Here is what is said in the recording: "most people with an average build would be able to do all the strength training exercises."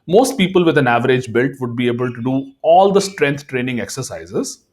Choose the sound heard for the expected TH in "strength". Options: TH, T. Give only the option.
T